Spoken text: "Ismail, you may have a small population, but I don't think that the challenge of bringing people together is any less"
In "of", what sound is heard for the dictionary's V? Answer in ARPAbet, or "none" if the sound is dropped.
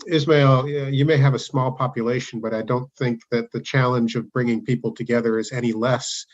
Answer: V